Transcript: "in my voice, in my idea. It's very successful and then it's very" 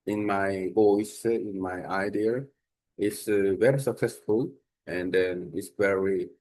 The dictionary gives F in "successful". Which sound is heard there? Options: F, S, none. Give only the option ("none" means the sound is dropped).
F